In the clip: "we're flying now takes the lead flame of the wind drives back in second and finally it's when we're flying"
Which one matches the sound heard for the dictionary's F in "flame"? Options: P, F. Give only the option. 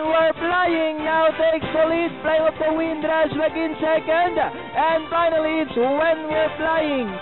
P